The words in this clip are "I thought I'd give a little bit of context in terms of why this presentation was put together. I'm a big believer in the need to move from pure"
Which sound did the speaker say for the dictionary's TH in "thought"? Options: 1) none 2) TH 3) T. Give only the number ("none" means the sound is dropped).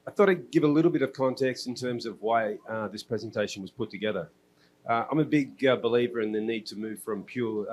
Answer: 2